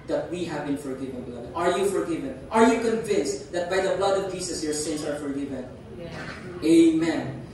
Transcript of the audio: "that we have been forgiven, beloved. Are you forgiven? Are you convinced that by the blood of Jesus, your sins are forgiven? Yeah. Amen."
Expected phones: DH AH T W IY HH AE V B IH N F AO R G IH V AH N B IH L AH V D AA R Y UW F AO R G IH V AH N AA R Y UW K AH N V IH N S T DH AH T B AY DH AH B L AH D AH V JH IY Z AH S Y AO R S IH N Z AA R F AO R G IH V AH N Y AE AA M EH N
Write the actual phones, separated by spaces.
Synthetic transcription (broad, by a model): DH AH T W IY HH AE V B IH N F AO R G IH V AH N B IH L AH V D AA R Y UW F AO R G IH V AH N AA R Y UW K AH N V IH N S T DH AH T B AY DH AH B L AH D AH V JH IY S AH S Y AO R S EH N S AA R F AO R G IH V AH N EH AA M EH N